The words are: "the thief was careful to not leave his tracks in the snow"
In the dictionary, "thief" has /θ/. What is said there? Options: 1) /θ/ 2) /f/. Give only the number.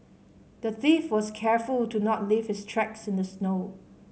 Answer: 1